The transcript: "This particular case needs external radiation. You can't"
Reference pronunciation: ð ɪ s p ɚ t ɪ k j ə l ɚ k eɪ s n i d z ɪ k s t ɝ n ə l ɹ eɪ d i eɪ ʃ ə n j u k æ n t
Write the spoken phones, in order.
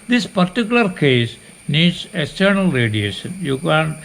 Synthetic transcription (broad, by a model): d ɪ s p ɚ t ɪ k j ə l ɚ k eɪ s n i d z ɪ k s t ɝ n ə l ɹ eɪ d i eɪ ʃ ə n j u k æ n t